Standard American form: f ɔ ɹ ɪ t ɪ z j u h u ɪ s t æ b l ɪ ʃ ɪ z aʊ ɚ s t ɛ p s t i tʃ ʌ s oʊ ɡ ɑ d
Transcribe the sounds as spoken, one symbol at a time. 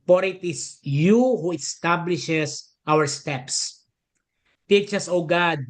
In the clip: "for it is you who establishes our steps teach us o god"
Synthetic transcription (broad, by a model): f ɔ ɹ ɪ t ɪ s j u h u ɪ s t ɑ b l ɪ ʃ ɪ s aʊ ɚ s t ɛ p s t i tʃ ʌ s oʊ ɡ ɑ d